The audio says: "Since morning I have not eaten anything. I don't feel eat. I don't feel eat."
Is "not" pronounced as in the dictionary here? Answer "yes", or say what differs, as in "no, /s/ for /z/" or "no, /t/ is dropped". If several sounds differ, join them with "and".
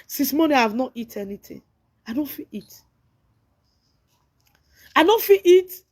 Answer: yes